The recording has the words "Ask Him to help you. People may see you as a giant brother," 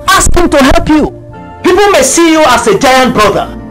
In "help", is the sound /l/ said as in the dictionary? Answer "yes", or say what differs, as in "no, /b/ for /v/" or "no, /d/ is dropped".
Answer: yes